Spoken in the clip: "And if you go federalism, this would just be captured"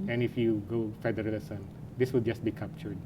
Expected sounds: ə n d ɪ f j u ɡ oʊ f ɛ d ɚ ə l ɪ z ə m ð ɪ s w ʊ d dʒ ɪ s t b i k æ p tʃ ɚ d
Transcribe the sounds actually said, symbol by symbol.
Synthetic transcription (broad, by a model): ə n ɪ f j u ɡ oʊ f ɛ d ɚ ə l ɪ s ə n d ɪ s w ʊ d dʒ ɪ s t b i k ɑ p tʃ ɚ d